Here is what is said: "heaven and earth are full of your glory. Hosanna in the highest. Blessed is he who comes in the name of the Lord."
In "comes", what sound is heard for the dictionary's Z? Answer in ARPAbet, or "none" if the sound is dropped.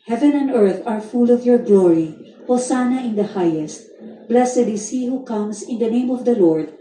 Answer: S